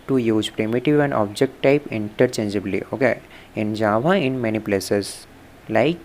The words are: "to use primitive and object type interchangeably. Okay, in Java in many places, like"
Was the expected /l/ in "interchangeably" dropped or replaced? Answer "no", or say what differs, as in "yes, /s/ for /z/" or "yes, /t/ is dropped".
no